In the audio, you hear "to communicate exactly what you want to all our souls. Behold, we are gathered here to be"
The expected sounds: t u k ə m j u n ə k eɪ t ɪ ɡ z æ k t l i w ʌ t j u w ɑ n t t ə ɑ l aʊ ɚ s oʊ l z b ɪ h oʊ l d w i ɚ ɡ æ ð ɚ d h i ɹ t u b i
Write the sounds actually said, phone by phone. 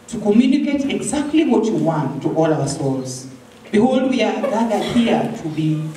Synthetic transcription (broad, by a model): t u k ə m j u n ə k eɪ t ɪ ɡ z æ k t l i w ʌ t j u w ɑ n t t ɑ l aʊ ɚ s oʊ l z b ɪ h oʊ l d w i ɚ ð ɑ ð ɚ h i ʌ t u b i